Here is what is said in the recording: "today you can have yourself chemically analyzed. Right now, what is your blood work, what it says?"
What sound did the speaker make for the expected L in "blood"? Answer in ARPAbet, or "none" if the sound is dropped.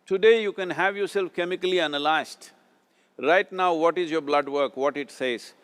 L